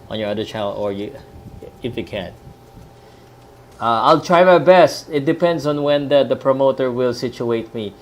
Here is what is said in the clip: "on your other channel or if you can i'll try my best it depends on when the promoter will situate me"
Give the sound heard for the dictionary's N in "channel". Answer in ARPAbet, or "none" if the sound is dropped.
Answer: none